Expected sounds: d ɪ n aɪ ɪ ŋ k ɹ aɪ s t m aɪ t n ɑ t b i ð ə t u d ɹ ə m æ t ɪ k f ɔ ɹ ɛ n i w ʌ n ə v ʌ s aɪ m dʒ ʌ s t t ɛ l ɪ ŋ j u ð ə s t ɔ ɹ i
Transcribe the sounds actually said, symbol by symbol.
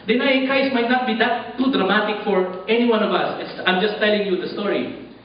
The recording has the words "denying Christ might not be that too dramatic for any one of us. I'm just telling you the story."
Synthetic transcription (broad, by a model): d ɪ n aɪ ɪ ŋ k aɪ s m aɪ t n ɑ t b i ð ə t u d ɹ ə m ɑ t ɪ k f ɔ ɹ ɛ n i w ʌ n ə v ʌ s aɪ m dʒ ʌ s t t ɛ l ɪ ŋ j u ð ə s t ɔ ɹ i